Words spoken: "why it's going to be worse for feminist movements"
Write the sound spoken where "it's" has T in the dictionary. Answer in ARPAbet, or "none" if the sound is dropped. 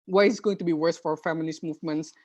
S